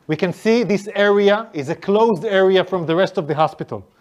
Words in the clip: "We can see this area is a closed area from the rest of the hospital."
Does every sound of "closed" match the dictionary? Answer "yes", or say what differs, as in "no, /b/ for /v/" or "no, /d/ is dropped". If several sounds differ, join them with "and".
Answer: yes